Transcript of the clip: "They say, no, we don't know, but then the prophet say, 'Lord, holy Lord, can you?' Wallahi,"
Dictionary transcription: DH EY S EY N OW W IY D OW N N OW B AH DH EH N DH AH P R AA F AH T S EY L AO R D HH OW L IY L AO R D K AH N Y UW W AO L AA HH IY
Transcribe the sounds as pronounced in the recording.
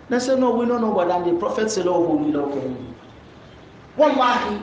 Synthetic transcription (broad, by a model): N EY S EY N OW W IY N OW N N OW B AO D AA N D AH P R AA F AH T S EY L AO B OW N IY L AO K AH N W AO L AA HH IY